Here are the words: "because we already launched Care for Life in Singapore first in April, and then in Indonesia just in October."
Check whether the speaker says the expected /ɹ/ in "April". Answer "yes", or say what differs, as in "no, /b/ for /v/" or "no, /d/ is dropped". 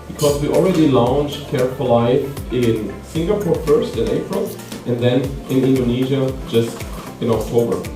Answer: yes